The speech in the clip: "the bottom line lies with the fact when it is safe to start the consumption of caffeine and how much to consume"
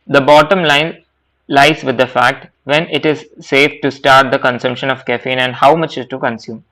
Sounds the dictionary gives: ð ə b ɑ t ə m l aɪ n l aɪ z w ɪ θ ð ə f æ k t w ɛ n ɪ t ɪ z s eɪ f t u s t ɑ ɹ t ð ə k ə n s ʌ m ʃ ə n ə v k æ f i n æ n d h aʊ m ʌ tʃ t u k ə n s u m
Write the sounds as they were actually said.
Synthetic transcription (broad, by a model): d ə b ɑ t ə m l aɪ n l aɪ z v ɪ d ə f æ k t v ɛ n ɪ t ɪ z s eɪ f t u s t ɑ ɹ t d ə k ə n s ʌ m ʃ ə n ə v k æ f i n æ n d h aʊ m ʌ tʃ t u k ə n s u m